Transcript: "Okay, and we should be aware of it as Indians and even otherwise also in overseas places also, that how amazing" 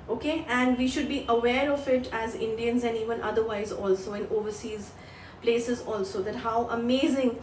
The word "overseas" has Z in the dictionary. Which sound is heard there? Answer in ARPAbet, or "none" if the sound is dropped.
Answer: Z